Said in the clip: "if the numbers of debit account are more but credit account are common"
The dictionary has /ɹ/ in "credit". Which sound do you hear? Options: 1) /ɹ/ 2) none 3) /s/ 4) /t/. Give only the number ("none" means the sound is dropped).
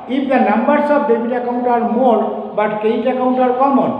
2